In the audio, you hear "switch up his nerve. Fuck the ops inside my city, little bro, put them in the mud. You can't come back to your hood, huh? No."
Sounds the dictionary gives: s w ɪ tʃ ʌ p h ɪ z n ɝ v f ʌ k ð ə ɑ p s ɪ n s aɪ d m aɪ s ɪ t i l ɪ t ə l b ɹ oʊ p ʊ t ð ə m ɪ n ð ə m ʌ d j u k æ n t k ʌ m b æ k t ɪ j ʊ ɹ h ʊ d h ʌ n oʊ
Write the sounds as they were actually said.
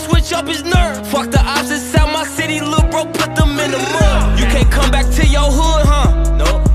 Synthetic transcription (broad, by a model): s w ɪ tʃ ʌ p h ɪ z n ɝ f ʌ k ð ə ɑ b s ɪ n s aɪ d m aɪ s ɪ t i l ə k b ɹ oʊ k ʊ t ð ə m ɪ n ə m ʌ j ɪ k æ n k ʌ m b æ k t ɪ j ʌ ɹ h ʊ d h ʌ n oʊ